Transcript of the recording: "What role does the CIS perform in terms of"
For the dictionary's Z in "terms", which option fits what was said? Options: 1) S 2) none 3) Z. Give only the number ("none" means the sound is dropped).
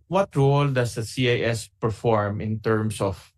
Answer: 1